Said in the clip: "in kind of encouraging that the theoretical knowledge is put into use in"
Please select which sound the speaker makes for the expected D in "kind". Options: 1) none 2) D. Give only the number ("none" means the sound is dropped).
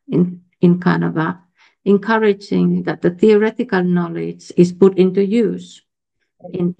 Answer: 1